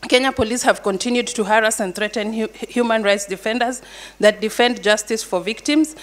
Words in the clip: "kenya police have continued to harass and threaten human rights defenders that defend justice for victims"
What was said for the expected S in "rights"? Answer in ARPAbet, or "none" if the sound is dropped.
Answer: S